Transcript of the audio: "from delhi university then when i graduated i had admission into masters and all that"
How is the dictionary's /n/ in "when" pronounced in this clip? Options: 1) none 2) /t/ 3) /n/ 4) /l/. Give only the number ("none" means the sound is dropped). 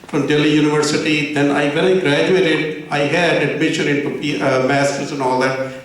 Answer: 4